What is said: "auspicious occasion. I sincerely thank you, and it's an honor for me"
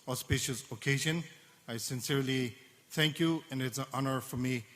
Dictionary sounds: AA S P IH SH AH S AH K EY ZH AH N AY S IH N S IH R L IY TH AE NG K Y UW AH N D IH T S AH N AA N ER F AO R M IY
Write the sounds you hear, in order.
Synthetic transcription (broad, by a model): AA S P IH SH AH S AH K EY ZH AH N AY S IH N S IH R L IY TH AE NG K Y UW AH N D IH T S AH N AA N ER F AO R M IY